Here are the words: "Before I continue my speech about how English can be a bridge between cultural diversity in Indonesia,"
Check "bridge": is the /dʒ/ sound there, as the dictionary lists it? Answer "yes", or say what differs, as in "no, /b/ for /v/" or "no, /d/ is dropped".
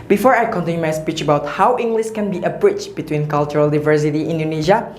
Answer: no, /tʃ/ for /dʒ/